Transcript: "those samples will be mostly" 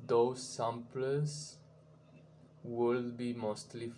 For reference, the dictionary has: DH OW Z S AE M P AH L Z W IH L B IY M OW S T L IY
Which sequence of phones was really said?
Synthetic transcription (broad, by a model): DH OW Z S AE M P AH Z W IH L B IY M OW S T L IY